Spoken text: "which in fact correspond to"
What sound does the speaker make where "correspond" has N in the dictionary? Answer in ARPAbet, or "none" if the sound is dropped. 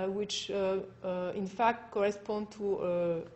N